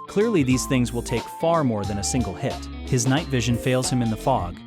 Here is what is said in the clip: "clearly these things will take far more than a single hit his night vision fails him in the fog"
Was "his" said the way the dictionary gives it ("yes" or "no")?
yes